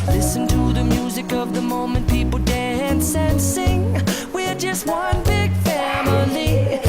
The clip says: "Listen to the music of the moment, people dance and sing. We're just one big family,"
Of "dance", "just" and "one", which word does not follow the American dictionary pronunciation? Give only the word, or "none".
none